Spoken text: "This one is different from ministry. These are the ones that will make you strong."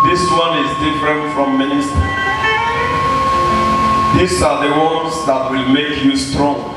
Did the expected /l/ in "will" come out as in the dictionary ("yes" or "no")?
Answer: yes